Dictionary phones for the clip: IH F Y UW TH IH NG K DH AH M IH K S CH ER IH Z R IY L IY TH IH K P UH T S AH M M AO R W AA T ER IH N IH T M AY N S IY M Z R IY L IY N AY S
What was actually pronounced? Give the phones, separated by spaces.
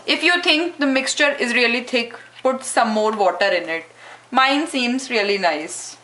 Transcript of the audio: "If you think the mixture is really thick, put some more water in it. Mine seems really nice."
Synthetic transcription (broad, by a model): IH F Y UW T IH NG K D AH M IH K S CH ER IH Z R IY L IY T IH K P UH T S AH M M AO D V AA T ER IH N IH T M AY N S IY M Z R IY L IY N AY S